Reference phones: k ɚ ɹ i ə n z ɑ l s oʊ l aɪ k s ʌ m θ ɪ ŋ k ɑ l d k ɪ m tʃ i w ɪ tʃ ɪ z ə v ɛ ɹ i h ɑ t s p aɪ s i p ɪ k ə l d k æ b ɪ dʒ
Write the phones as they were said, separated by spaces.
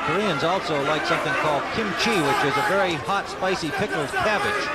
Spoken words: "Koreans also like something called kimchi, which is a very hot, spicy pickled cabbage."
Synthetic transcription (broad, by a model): k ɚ ɹ i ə n z ɑ l s oʊ l aɪ k s ʌ m θ ɪ ŋ k ɑ l d k ɪ m tʃ i w ɪ tʃ ɪ z ə v ɛ ɹ i h ɑ t s p aɪ s i p ɪ k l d k æ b ɪ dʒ